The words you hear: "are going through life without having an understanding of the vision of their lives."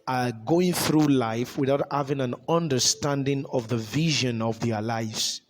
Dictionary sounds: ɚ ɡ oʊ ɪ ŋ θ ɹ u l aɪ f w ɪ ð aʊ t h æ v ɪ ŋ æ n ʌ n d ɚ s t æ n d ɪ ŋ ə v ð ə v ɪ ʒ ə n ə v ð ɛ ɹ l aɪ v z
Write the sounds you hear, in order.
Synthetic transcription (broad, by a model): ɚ ɡ oʊ ɪ ŋ θ ɹ u l aɪ f w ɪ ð aʊ t h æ v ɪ ŋ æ n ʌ n d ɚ s t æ n d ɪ ŋ ə v ð ə v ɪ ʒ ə n ə v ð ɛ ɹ l aɪ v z